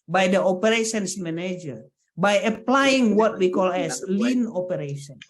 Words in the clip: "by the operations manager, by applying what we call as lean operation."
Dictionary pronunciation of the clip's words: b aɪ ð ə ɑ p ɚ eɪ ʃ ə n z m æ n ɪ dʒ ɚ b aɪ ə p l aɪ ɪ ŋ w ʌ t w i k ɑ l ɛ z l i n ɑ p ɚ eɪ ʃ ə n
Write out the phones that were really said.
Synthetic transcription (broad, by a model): b aɪ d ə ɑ p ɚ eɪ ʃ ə n s m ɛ n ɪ dʒ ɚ b aɪ ə p l aɪ ɪ ŋ w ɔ t w i k ɑ l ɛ s l i n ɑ p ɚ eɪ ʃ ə n